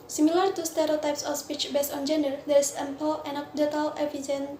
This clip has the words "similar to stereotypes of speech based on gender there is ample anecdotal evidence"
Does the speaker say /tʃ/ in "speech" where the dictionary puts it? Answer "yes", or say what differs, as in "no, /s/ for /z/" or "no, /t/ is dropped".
yes